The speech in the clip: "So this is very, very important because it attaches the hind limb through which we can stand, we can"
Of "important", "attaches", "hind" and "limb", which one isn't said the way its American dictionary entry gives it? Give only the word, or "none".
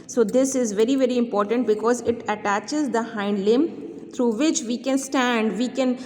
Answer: none